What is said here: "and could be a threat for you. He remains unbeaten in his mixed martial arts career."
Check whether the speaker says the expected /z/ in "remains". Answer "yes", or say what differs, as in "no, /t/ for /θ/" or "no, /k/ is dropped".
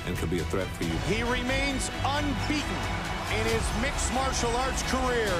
yes